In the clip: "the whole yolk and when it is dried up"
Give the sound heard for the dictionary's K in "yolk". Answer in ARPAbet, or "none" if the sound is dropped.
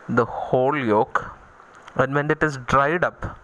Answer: K